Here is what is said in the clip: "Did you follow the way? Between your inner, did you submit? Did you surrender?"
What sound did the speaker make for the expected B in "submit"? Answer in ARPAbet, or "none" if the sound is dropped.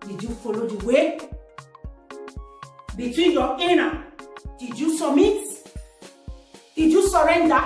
none